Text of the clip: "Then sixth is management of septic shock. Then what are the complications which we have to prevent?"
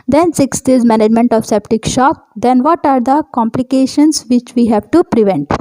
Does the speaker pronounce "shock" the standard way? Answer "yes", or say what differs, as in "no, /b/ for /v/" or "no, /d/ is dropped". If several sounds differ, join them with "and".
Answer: yes